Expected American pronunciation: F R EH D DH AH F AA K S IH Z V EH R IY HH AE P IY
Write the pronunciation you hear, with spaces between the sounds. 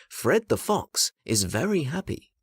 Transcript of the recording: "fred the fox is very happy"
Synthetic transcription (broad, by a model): F R EH D DH AH F AA K S IH Z V EH R IY HH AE P IY